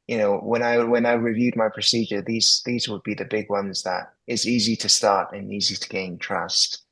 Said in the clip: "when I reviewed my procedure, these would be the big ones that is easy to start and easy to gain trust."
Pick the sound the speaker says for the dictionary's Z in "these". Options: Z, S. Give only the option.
Z